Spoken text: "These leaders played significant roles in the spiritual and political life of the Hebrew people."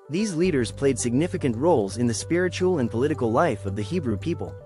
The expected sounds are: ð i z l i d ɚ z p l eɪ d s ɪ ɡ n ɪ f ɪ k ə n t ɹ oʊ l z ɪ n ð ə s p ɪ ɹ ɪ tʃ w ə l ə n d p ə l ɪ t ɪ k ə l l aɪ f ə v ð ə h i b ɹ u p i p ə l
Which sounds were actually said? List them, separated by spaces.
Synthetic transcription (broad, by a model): ð i z l i d ɚ z p l eɪ d s ɪ ɡ n ɪ f ɪ k ə n t ɹ oʊ l z ɪ n ð ə s p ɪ ɹ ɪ tʃ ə l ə n p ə l ɪ t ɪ k l l aɪ f ə v ð ə h i b ɹ u p i p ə l